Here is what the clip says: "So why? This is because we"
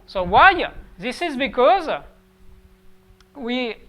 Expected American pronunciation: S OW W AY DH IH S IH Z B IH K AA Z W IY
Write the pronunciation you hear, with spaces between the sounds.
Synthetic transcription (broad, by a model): S OW W AY DH IH S IH Z B IH K AA Z W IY